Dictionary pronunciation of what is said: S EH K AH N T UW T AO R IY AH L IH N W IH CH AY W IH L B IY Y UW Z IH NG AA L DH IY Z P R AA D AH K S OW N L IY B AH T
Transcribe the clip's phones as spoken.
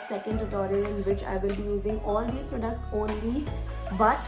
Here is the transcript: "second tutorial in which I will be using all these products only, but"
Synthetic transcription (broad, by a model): S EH K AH N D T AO R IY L IH N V IH CH AY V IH L B IY Y UW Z IH NG AA L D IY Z P R AA D AH K S OW N L IY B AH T